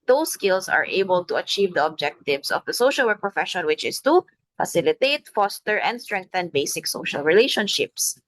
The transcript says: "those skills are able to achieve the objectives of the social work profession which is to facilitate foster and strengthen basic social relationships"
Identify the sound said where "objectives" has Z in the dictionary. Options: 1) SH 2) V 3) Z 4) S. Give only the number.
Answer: 4